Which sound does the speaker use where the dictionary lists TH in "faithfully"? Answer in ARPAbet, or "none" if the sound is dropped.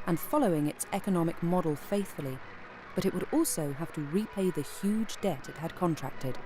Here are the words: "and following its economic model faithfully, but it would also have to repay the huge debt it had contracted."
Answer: TH